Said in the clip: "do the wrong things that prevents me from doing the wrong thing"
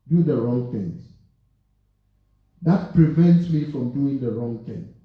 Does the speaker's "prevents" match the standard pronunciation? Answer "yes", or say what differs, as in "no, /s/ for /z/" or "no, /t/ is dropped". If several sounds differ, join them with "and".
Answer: yes